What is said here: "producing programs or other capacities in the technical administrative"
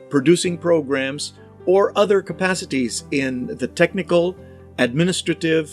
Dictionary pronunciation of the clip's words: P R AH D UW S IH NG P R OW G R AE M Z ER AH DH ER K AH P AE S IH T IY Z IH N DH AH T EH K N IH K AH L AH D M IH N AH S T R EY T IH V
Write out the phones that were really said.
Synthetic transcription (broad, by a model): P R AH D UW S IH NG P R OW G R AE M Z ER AH DH ER K AH P AE S IH T IY Z IH N DH AH T EH K N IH K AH L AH D M IH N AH S T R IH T IH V